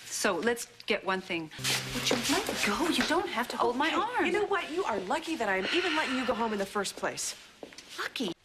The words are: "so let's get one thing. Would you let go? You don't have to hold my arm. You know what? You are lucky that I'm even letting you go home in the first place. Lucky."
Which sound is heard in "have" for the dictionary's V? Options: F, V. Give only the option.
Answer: F